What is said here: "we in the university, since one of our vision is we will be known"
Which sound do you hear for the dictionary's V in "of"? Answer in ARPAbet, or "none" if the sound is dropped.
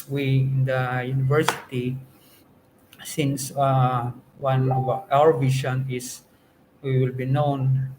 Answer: W